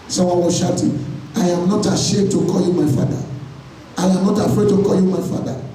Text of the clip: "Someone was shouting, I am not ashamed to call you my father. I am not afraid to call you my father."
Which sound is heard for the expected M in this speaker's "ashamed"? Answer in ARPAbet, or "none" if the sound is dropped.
none